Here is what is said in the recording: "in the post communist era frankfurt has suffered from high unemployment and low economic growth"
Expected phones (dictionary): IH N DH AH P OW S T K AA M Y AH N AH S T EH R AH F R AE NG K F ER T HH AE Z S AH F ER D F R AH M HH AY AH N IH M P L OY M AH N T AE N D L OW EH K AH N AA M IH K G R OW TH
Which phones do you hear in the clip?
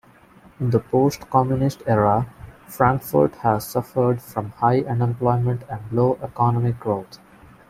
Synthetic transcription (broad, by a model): IH N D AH P OW S T K AA M Y AH N AH S T EH R AH F R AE NG K F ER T HH AE Z S AH F ER D F R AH M HH AY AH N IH M P L OY M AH N T AE N D L OW EH K AH N AA M IH K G R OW T